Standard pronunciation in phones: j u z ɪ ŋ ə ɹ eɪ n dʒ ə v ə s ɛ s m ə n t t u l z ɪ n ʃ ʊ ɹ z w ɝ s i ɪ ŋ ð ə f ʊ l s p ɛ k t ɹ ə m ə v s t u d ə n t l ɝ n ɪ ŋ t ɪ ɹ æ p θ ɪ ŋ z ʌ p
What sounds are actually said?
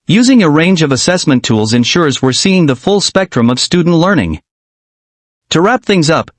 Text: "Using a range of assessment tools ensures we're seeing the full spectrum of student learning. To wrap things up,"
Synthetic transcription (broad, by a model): j u z ɪ ŋ ə ɹ eɪ n dʒ ə v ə s ɛ s m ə n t t u l z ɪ n ʃ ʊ ɹ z w ɝ s i ɪ ŋ ð ə f ʊ l s p ɛ k t ɹ ə m ə v s t u d n t l ɝ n ɪ ŋ t ɪ ɹ æ p θ ɪ ŋ z ʌ p